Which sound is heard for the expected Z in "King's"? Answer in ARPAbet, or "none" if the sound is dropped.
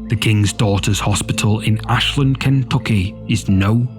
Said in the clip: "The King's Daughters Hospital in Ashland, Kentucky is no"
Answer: Z